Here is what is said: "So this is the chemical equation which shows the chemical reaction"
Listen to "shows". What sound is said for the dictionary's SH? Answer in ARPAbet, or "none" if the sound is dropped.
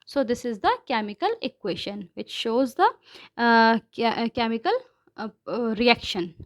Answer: SH